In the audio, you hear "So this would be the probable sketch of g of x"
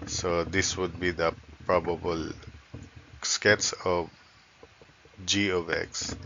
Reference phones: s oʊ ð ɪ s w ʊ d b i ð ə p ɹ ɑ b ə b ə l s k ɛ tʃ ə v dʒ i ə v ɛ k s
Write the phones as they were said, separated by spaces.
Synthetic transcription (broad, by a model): s oʊ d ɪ s w ʊ d b i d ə p ɹ ɑ b ə b ə l s k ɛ s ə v dʒ i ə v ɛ k s